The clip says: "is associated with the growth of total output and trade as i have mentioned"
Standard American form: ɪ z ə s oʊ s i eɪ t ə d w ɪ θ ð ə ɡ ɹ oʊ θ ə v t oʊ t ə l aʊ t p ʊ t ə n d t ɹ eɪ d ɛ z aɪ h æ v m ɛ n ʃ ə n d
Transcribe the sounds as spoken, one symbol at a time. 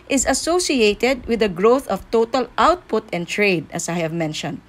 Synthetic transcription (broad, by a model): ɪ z ə s oʊ s i eɪ t ə d w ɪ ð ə ɡ ɹ oʊ θ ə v t oʊ t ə l aʊ t p ʊ t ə n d t ɹ eɪ d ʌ s aɪ h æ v m ɛ n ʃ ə n d